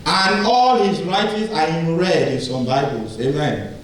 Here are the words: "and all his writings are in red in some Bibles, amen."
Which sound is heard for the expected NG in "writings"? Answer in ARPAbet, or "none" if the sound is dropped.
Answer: none